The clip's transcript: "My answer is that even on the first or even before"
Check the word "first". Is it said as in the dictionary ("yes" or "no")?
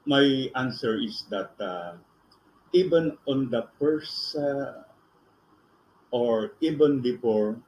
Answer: no